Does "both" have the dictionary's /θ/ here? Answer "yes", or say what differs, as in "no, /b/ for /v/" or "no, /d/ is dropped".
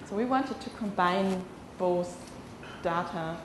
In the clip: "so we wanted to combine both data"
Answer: no, /s/ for /θ/